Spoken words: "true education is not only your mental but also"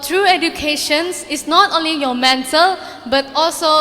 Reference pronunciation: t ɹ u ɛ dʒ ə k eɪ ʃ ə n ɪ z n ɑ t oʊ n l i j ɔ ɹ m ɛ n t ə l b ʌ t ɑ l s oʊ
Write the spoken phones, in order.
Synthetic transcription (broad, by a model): t ɹ u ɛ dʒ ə k eɪ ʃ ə n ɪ s n ɑ t oʊ n l i j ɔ m ɛ n t ə l b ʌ t ɑ l s oʊ